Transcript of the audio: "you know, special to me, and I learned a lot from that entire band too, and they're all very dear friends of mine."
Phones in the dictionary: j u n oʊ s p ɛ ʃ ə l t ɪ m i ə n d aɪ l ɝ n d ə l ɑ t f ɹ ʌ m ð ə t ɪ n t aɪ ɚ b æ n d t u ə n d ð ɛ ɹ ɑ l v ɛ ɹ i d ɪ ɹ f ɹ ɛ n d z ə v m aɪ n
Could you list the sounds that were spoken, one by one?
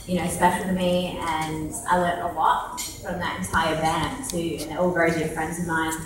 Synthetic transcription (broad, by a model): j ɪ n oʊ s p ɛ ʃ l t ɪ m i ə n aɪ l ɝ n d ə l ɑ t f ɹ ʌ m ð ə t ɪ n t aɪ ɚ b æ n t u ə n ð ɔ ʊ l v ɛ ɹ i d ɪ f ɹ ɛ n d z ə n m aɪ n